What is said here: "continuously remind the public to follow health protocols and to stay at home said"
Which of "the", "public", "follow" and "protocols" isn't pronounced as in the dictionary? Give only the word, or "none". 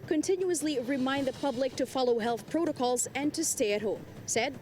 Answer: none